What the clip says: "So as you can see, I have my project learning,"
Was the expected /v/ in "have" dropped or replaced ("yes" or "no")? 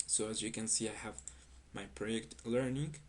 no